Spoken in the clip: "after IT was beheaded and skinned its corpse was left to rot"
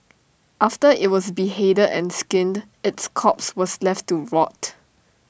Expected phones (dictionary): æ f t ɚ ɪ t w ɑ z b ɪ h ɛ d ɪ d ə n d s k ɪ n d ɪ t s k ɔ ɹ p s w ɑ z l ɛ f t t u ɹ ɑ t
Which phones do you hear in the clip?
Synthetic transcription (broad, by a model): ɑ f t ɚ ɪ t w ɑ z b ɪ h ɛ d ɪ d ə n s k ɪ n d ɪ t s k ɔ p s w ɑ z l ɛ f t t u ɹ ɑ t